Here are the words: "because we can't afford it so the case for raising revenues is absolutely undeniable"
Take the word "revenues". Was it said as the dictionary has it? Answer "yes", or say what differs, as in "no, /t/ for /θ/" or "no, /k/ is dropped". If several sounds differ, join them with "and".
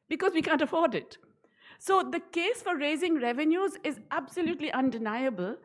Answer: yes